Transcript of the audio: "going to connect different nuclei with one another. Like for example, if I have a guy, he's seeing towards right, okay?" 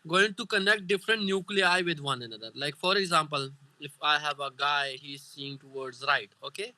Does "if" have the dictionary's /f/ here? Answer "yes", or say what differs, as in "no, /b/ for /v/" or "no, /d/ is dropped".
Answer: yes